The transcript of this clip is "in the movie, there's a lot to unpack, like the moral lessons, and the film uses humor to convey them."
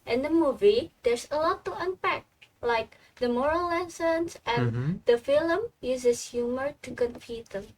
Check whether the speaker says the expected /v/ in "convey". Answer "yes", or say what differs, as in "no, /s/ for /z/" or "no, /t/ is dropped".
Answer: no, /p/ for /v/